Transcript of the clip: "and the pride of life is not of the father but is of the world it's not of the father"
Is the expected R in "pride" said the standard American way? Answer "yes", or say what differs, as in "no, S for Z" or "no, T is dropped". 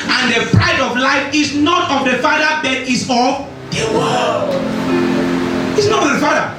yes